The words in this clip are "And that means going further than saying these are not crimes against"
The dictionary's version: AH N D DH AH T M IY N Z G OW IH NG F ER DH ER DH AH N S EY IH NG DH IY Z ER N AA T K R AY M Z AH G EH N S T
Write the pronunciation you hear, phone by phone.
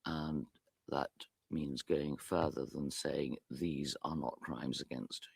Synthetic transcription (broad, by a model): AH N DH AH T M IY N Z G OW IH NG F ER DH ER DH AH N S EY IH NG DH IY Z ER N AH T K R AY M Z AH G EH N S T